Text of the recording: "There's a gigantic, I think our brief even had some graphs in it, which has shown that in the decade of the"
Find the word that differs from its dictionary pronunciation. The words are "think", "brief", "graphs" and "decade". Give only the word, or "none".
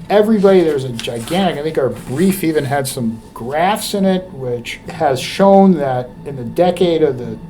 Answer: none